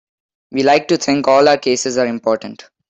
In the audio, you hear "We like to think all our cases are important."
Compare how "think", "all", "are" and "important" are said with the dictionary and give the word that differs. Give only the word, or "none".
think